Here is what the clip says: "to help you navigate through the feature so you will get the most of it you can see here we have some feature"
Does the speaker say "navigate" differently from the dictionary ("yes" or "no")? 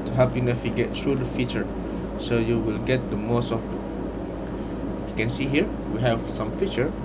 yes